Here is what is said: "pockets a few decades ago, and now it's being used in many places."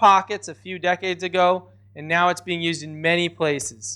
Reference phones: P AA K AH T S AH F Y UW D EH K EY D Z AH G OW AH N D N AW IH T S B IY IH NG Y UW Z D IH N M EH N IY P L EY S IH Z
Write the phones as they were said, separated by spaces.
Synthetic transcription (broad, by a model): AA K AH T S AH F Y UW D EH K EY D Z AH G OW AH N N AW IH T S B IY IH NG Y UW Z D IH N M EH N IY P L EY S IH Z